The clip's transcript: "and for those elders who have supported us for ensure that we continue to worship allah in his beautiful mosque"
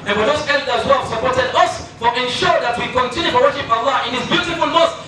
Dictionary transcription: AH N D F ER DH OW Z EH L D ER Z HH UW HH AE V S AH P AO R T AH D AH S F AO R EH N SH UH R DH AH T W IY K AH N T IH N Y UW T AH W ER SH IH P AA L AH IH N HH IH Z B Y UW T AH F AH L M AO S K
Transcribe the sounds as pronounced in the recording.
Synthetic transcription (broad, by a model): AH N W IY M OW S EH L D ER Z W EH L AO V S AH P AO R T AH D AH S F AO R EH N SH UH R DH AH T W IY K AH N T IH N Y UW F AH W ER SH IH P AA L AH IH N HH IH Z B Y UW T AH F AH L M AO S